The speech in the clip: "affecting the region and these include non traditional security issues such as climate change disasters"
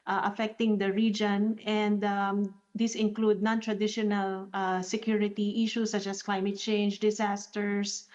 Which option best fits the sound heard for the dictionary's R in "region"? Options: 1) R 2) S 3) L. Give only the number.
1